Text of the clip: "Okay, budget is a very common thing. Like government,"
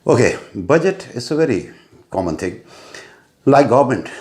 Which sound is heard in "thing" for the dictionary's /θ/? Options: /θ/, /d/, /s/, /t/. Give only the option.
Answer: /t/